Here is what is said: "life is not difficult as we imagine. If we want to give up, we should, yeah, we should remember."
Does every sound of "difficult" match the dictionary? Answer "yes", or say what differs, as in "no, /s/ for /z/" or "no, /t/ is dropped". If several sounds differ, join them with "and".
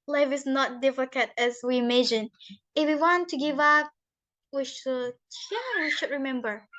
no, /l/ is dropped